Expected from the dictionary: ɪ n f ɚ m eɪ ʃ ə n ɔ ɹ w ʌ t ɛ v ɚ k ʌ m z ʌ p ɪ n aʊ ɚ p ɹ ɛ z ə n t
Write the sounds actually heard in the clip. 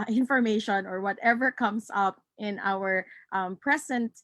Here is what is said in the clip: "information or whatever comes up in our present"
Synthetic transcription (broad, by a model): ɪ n f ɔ m eɪ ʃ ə n ɔ ɹ w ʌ t ɛ v ɚ k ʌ m s ʌ p ɪ n aʊ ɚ p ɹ ɛ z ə n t